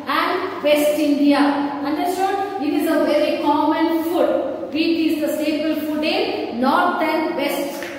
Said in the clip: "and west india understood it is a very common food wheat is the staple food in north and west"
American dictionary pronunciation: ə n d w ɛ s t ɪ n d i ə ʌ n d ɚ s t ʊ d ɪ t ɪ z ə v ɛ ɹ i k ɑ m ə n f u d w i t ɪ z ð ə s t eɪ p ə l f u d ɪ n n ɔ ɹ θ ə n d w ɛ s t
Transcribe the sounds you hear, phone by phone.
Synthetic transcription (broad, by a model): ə n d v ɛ s t ɪ n d i ə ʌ n d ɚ s t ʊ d ɪ t ɪ z ə v ɛ ɹ i k ɑ m ə n f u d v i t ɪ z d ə s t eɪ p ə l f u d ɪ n n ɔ ɹ t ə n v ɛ s t